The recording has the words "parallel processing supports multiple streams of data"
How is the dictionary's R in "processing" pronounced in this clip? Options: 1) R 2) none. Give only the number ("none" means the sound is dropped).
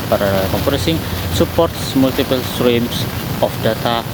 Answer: 2